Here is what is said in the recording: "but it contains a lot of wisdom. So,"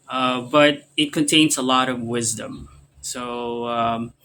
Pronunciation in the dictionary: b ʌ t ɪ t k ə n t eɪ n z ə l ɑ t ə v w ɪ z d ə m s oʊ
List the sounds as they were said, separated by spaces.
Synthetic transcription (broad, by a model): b ʌ t ɪ t k ə n t eɪ n z ə l ɑ t ə v w ɪ z d ə m s oʊ